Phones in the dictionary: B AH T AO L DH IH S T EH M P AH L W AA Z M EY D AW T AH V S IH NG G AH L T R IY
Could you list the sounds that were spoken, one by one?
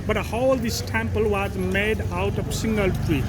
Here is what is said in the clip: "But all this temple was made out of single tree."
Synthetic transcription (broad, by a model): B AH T AO L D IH S T EH M P AH L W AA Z M EY D AW T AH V S IH NG G AH L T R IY